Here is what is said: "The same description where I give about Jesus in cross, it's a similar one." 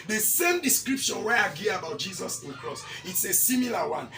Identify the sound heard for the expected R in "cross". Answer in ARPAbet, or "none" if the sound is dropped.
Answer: R